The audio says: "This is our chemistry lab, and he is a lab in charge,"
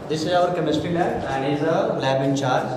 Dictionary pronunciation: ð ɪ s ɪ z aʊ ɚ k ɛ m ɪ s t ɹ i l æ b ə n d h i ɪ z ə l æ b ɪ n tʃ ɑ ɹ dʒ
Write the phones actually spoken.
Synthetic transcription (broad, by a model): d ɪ s ɪ z aʊ ɚ k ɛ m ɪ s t i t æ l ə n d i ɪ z ə l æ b ɪ n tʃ ɑ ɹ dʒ